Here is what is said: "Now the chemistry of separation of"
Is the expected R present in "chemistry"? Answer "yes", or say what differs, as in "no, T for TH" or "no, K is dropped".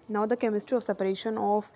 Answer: yes